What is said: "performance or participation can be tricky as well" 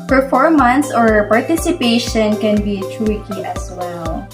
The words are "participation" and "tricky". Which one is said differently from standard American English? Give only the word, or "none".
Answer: tricky